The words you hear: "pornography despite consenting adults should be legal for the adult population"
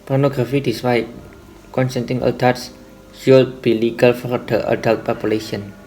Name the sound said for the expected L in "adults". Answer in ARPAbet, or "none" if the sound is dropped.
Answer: none